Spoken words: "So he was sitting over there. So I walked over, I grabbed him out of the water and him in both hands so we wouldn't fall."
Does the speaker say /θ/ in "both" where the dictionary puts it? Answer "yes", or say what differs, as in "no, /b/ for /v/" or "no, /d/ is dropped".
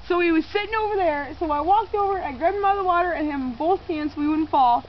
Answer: yes